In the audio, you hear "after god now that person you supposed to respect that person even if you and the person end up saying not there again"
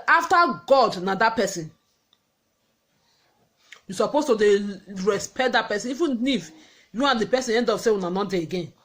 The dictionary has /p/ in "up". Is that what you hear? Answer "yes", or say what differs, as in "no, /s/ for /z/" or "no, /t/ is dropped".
no, /f/ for /p/